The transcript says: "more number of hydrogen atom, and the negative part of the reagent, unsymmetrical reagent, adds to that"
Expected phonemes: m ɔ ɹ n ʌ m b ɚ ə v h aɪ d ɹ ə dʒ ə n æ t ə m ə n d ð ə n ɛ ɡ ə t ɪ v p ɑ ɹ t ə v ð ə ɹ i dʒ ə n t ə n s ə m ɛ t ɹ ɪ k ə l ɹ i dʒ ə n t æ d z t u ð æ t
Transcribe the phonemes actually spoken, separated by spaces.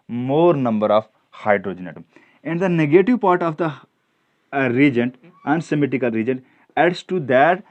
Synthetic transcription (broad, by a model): m ɔ ɹ n ʌ m b ɚ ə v h aɪ d ɹ ə dʒ ə n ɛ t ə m ə n d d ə n ɛ ɡ ə t ɪ v p ɑ ɹ t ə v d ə ɹ i dʒ ə n t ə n s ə m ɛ t ɪ k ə l ɹ i dʒ ə n t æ d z t u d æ t